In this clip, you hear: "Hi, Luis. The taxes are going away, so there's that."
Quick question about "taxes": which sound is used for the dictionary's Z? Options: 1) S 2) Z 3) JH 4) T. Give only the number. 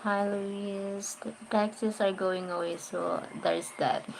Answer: 1